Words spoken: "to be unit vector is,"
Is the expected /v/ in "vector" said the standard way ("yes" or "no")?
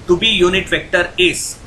yes